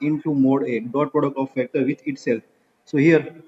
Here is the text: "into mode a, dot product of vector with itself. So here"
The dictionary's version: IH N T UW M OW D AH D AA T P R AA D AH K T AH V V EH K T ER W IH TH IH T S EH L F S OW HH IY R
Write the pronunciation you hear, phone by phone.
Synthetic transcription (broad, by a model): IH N T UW M OW D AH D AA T P R AA D AH K T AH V F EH K T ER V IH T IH T S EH L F S OW HH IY R